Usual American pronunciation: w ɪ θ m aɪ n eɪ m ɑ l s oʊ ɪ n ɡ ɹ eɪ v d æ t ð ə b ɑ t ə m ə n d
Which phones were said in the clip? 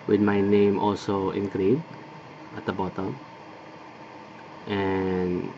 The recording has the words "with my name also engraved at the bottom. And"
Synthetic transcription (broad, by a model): w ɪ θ m aɪ n eɪ m ɑ l s oʊ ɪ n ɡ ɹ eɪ d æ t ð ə b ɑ t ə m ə n